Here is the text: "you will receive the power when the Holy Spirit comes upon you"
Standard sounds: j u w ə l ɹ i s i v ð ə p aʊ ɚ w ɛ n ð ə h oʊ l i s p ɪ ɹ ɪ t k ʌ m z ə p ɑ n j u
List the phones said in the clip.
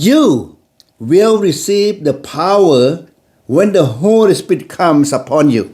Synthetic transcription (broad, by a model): j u w ə l ɹ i s i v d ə p aʊ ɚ w ɛ n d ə h oʊ l i s p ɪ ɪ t k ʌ m s ə p ɑ n j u